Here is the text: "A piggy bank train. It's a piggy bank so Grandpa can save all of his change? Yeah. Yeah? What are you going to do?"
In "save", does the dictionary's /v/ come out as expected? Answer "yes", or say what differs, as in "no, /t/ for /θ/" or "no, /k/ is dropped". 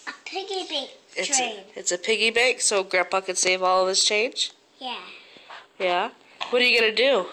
yes